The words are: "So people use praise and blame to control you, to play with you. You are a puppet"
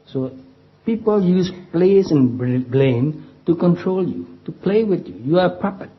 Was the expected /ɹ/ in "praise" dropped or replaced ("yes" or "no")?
yes